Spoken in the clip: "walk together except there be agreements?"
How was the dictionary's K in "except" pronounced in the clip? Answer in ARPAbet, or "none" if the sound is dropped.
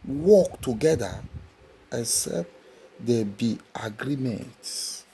none